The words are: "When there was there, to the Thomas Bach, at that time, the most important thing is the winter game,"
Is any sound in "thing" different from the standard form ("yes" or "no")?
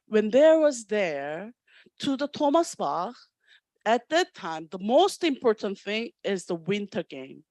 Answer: no